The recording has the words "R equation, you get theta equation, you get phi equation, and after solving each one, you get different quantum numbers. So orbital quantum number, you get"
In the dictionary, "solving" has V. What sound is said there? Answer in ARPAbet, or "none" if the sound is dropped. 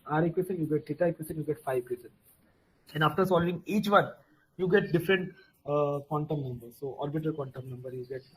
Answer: V